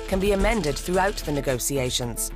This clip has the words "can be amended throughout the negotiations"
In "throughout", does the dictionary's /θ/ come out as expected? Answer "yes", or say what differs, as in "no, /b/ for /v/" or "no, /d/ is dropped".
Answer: yes